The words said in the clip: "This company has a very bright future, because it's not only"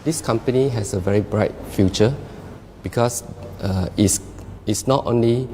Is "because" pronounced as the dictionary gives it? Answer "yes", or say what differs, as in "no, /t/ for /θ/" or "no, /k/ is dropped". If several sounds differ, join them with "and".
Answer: no, /s/ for /z/